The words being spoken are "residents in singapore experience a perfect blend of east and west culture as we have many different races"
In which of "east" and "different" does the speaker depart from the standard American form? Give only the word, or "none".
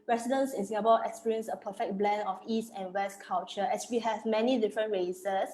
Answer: none